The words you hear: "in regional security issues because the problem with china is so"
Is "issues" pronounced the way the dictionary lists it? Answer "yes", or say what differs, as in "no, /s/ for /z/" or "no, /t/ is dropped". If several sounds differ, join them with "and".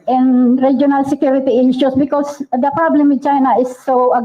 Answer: no, /s/ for /z/